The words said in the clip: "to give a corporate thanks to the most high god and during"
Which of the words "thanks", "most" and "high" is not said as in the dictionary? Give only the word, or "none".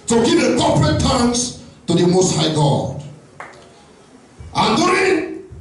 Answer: thanks